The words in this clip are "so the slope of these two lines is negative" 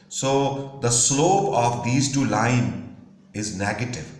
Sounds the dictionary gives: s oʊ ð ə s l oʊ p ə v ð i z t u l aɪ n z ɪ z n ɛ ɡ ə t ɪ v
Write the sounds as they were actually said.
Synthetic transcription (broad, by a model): s oʊ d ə s l oʊ p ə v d i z t u l aɪ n ɪ z n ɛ ɡ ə t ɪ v